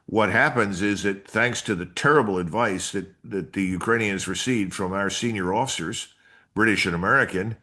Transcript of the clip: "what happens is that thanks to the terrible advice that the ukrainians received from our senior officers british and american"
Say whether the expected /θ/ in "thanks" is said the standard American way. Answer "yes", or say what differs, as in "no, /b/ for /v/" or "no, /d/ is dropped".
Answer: yes